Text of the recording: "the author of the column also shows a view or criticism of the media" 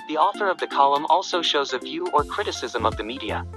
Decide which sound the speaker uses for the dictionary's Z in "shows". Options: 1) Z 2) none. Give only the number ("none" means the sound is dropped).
1